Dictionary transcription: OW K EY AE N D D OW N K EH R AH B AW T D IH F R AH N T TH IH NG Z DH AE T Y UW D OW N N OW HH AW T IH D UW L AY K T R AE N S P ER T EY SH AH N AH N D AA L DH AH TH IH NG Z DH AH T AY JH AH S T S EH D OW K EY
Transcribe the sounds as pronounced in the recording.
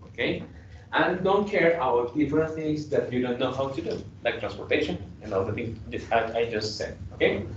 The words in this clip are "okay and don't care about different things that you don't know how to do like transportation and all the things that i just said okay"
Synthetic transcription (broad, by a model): OW K EY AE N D D OW N K EH R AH UH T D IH F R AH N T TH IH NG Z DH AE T Y UW D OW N N OW HH AW T IH D UW L AY K T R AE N S P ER T EY SH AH N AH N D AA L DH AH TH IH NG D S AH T AY JH AH S T S EH D OW K EY